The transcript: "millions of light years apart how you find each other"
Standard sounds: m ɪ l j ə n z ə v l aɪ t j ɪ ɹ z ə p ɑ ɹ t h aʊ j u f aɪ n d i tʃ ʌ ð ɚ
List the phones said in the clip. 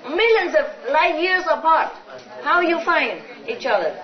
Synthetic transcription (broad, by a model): m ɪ l j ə n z ə v l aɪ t j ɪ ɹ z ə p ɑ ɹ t h aʊ j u f aɪ n d i tʃ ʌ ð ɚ